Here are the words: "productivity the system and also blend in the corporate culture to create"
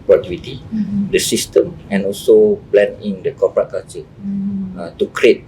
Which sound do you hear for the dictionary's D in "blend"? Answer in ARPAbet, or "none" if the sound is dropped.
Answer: none